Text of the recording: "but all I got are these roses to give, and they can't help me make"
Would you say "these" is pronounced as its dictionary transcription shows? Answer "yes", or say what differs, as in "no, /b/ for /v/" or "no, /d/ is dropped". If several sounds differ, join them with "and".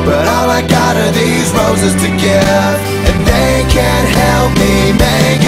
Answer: yes